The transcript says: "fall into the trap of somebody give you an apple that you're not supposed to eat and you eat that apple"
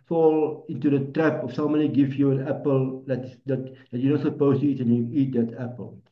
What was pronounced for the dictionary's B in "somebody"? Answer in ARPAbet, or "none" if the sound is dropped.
none